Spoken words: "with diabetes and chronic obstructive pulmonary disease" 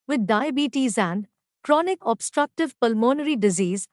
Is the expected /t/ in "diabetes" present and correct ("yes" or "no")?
yes